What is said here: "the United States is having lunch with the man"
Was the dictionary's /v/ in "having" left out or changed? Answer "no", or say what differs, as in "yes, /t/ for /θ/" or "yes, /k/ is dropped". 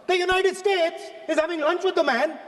no